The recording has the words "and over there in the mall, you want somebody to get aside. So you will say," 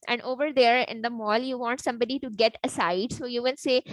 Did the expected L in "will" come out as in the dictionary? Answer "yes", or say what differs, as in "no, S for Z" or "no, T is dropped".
no, N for L